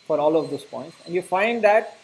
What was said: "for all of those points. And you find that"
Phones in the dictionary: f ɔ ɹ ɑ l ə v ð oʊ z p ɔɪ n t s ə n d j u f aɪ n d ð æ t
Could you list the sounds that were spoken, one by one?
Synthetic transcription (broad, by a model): f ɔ ɹ ɑ l ə v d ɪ s p ɔɪ n t s ə n d j u f aɪ n d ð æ t